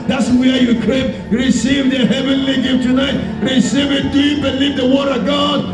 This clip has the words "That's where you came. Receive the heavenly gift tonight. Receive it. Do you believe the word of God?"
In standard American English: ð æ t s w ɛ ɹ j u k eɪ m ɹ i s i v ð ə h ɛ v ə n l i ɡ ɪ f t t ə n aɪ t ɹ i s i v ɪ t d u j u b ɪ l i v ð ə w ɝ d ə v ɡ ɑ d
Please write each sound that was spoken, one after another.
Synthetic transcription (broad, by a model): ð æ t s w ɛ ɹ j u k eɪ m ɹ i s i v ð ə h ɛ v ə n l i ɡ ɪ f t t ə n aɪ t ɹ i s i v ɪ t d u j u b ɪ l i v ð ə w ɝ d ə v ɡ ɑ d